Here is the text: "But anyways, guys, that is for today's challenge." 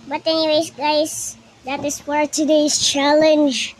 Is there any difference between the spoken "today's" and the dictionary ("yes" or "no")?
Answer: yes